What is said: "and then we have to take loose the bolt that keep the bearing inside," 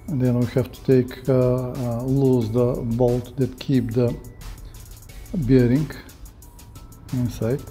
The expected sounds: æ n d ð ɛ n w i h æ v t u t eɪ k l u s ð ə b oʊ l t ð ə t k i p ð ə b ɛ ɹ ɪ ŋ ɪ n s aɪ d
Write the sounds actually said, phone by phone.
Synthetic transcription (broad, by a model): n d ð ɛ n w i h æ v t u t eɪ k l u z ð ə b oʊ l t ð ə t k i p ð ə b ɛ ɹ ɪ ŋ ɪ n s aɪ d